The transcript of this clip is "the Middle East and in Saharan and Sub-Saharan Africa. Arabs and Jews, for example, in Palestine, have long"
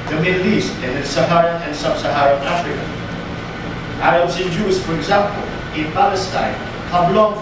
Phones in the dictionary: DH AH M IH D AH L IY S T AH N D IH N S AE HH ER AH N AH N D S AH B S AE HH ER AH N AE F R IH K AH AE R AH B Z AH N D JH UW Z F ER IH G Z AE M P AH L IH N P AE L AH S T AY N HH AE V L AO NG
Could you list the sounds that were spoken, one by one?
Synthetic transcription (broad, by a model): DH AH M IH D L IY S T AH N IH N S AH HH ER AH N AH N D S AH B S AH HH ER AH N AE F R IH K AH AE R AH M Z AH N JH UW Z F ER IH G Z AE M P AH L IH N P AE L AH S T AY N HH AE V L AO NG